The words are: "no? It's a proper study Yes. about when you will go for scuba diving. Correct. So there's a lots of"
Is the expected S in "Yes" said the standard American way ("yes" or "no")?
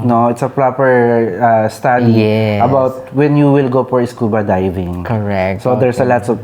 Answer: no